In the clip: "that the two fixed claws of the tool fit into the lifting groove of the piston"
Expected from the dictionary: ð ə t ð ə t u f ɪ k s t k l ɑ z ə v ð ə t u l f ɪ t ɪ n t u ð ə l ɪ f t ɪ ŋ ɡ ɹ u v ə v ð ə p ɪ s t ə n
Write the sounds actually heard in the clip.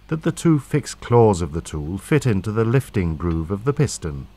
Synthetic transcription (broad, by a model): ð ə t ð ə t u f ɪ k s k l ɑ z ə v ð ə t u l f ɪ t ɪ n t u ð ə l ɪ f t ɪ ŋ ɡ ɹ u v ə v ð ə p ɪ s t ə n